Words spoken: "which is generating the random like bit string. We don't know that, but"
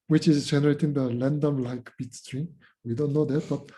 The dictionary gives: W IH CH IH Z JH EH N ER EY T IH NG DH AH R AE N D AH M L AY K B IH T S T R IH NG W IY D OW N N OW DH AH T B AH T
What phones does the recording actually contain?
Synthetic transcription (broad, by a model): W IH CH IH Z JH EH N ER EY T IH NG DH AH L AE N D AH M L AY K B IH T S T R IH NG W IY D OW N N OW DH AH T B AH T